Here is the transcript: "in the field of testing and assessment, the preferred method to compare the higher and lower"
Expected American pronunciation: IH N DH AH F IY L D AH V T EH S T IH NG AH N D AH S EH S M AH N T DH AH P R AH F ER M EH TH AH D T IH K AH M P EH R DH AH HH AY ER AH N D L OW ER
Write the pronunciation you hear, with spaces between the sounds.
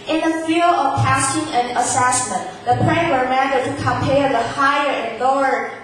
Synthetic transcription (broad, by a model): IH N DH AH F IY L AH V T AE S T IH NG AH N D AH S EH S M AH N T DH AH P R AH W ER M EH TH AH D T IH K AH M P EH R DH AH HH AY ER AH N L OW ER